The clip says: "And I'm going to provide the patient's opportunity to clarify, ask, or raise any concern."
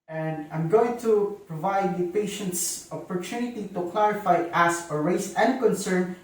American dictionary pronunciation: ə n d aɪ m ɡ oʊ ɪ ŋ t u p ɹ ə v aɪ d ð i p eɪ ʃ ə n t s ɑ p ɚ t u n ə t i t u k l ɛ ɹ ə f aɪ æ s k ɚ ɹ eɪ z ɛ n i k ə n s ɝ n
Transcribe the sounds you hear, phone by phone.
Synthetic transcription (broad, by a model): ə n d aɪ m ɡ oʊ ɪ ŋ t u p ɹ ə v aɪ d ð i p eɪ ʃ ə n t s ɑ p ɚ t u n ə t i t u k l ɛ ɹ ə f aɪ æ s ɚ ɹ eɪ s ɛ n k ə n s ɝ n